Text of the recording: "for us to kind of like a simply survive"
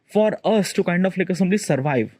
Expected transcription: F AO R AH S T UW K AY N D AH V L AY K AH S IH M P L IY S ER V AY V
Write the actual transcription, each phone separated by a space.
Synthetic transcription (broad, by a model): F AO R AH S T UW K AY N D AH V L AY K AH S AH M B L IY S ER V AY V